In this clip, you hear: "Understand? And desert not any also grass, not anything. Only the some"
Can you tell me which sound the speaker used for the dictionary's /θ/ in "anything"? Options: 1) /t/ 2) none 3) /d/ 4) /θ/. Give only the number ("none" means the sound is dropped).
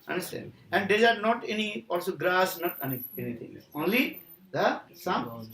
1